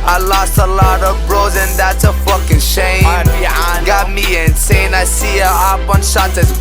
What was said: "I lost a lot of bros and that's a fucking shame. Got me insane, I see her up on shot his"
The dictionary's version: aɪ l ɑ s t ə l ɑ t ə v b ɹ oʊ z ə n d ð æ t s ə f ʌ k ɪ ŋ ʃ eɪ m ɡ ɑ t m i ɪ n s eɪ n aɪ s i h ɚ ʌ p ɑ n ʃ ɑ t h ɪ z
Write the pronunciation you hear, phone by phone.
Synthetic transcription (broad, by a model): aɪ l ɑ s t ə l ɑ t ə v b ɹ oʊ z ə n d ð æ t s ə f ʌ k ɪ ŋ ʃ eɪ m ɡ ɑ t m i ɪ n s eɪ n aɪ s i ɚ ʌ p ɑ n ʃ ɑ t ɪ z